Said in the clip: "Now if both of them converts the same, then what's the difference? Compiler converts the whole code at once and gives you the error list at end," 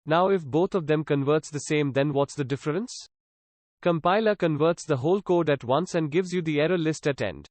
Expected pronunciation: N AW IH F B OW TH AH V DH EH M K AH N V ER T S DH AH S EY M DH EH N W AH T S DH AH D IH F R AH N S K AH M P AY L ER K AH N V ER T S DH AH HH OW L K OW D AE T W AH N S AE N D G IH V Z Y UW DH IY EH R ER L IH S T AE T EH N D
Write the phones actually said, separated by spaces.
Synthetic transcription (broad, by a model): N AW IH F B OW T AH V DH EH M K AH N V ER T S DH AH S EY M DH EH N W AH T S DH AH D IH F R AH N S K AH M P AY L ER K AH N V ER T S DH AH HH OW L K OW D AE T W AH N S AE N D G IH V Z Y UW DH IY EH R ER L IH S T AE T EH N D